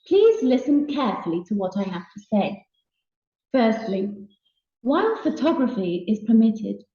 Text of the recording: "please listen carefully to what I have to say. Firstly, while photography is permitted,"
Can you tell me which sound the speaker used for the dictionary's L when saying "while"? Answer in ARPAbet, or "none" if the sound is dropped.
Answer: N